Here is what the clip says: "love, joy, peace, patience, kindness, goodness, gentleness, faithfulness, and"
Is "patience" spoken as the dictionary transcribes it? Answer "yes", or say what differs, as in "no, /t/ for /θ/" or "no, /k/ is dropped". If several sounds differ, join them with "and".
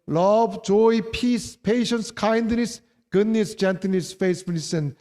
yes